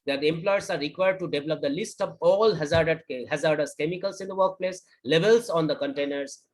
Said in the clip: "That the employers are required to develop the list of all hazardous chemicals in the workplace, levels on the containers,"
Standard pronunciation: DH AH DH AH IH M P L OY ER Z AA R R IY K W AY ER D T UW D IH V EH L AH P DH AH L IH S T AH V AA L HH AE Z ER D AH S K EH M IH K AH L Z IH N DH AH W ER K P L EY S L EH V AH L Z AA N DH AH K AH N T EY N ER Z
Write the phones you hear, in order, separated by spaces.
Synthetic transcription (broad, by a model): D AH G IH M P L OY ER S AA R R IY K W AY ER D T UW D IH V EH L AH P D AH L IH S T AH V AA L HH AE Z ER D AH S K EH M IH K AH L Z IH N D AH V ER K P L EY S L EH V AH L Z AA N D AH K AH N T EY N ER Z